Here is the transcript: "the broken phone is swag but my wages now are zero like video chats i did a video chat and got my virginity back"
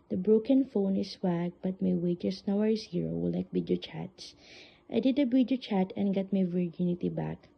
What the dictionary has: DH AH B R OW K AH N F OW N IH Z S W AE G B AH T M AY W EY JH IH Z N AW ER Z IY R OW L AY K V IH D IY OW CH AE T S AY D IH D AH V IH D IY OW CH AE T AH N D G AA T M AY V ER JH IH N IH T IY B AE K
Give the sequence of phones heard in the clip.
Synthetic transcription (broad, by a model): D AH B R OW K AH N F OW N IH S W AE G B AH T M AY W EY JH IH S N AW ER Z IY R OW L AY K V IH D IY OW CH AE T S AY D IH D AH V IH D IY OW CH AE T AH N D G AA T M AY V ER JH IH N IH T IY B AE K